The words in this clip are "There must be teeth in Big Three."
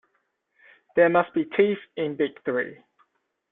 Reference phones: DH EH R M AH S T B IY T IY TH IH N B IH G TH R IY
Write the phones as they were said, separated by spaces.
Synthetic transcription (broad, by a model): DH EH M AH S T B IY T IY F IH N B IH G TH R IY